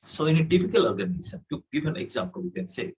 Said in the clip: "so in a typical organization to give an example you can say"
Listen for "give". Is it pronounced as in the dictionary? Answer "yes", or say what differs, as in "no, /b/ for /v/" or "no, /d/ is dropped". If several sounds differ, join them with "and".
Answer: no, /b/ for /v/